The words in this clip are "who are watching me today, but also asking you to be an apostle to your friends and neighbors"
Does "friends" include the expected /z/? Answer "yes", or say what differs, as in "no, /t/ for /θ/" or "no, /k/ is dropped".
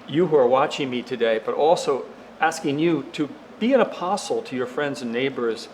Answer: yes